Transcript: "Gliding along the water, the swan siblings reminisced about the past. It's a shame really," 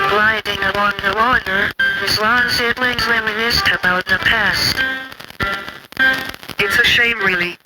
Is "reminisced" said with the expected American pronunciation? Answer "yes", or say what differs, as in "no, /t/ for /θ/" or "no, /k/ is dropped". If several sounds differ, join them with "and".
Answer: no, /l/ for /ɹ/